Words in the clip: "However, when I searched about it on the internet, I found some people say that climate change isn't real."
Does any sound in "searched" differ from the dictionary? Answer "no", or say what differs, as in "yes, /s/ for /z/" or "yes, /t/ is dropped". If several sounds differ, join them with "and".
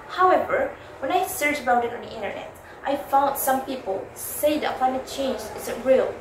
yes, /t/ is dropped